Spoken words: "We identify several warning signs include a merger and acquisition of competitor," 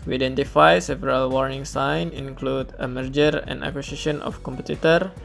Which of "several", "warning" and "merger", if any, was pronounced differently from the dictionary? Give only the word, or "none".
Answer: none